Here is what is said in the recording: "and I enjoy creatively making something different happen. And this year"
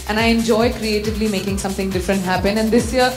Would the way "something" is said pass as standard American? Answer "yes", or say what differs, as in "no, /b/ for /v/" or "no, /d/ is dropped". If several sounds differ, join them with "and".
no, /t/ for /θ/